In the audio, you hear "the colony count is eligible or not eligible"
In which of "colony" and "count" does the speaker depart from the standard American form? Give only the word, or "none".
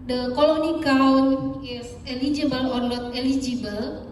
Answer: count